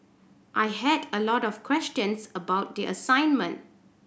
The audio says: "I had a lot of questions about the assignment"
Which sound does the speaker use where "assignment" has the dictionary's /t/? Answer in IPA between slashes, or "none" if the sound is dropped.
/t/